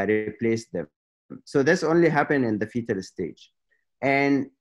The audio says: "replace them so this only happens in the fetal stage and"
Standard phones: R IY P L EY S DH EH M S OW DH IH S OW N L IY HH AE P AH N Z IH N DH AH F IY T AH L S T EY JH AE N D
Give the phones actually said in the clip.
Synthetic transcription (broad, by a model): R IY P L EY S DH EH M S OW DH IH S OW N L IY HH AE P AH N IH N DH AH F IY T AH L S T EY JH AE N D